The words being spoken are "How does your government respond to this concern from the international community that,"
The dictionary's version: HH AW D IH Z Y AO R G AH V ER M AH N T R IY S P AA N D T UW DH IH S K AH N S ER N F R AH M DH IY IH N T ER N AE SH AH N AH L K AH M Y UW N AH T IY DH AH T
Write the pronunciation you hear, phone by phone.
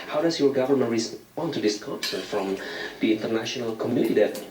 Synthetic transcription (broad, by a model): HH AW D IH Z Y AO R G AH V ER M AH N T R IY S AA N T UW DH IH S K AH S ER F R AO M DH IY IH N T ER N AE SH AH N AH L K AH M Y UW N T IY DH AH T